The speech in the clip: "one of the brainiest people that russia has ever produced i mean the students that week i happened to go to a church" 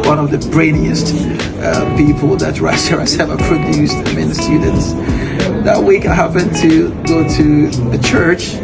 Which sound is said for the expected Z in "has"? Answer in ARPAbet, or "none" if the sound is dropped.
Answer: S